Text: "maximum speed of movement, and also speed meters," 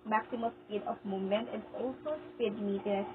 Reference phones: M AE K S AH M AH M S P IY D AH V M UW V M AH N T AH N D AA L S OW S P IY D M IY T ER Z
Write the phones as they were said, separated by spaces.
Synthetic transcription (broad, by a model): M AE K S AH M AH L S P IY D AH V M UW M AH N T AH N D AA L S OW S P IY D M IY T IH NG